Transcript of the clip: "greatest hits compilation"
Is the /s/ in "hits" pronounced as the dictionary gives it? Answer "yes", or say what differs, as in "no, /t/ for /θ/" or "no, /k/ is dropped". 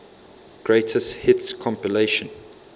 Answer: yes